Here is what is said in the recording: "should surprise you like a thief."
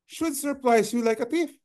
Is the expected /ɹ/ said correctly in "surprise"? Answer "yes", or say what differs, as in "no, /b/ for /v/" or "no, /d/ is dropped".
no, /l/ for /ɹ/